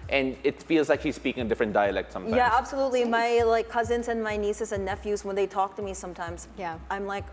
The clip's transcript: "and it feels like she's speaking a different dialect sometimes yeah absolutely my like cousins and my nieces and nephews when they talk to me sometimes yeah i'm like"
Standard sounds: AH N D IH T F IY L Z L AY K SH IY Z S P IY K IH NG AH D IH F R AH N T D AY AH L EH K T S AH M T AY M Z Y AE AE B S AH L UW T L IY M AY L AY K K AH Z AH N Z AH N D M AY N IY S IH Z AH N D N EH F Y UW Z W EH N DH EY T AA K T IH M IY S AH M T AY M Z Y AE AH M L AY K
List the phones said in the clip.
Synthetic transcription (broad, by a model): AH N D IH T F IY L Z L AY K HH IY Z S P IY K IH NG AH D IH F R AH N D AY AH L EH K T S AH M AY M Y AE AE B S AH L UW T L IY M AY L AY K K AH Z AH N Z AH N M AY N IY S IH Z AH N N EH F Y UW Z W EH N DH EY T AA K T IH M IY S AH M T AY M Z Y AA AH M L AY K